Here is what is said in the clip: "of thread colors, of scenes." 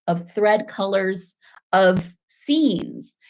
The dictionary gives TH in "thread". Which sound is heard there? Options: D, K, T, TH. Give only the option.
TH